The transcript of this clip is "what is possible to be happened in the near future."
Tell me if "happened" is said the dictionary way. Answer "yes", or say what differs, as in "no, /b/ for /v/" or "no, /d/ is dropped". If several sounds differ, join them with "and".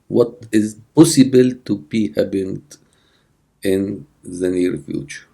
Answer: no, /b/ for /p/